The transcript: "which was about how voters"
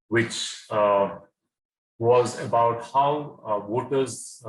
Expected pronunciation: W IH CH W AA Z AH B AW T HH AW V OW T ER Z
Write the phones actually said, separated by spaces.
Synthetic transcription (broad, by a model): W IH CH W AA Z AH B AW T HH AW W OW T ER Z